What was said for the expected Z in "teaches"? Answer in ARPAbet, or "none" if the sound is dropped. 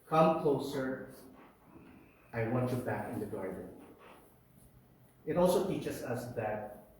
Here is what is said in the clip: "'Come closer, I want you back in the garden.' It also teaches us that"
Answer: S